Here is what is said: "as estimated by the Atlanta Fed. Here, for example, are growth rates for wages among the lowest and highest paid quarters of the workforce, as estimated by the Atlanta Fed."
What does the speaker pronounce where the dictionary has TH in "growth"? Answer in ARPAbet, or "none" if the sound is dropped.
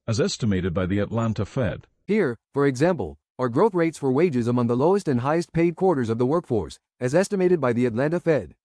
TH